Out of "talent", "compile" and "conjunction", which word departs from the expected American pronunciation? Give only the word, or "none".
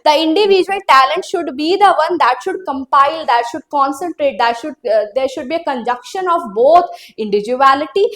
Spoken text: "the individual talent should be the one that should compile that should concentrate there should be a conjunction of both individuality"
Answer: conjunction